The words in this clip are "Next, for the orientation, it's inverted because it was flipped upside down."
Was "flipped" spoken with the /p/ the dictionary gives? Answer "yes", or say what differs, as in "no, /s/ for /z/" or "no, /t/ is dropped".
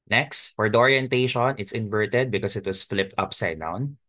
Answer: yes